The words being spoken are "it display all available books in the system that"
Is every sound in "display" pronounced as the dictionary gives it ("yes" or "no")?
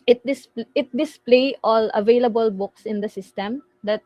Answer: yes